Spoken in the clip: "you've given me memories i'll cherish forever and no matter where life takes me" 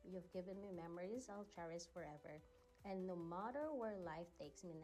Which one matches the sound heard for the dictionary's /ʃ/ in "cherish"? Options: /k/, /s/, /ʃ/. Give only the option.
/s/